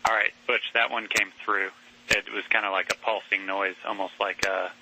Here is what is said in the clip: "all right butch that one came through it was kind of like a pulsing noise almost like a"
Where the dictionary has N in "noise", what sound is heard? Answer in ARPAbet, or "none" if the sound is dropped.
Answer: N